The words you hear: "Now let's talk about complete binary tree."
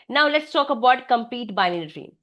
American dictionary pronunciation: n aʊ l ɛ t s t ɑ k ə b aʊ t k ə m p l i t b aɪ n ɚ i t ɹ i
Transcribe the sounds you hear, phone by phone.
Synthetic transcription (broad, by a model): n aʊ l ɛ t s t ɑ k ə b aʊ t k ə m p i t b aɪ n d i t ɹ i